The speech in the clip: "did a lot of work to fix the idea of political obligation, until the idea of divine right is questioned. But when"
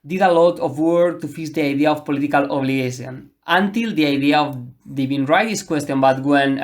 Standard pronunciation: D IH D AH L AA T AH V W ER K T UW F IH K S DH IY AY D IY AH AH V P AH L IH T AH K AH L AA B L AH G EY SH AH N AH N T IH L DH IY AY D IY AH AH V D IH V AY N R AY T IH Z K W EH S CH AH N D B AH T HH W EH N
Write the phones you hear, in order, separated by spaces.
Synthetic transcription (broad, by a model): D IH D AH L AA T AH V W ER T UW F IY S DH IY AY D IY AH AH F P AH L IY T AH K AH L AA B L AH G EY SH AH N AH N T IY L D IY AY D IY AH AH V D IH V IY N R AY T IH S K W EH S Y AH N B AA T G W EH N